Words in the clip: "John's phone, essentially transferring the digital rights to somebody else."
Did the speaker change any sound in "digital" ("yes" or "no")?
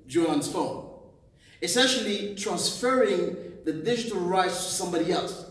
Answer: no